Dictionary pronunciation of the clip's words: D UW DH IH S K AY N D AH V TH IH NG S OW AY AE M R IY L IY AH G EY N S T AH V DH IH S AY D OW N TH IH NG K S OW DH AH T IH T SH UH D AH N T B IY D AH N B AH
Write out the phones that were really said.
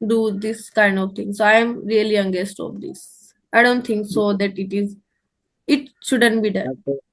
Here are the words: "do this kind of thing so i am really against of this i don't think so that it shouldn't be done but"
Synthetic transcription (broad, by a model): D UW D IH S K AY N D AH V T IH NG S OW AY M R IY L IY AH G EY S T AH V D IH S AY D OW N T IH NG K S OW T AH T IH T SH UH D AH N T B IY D AH N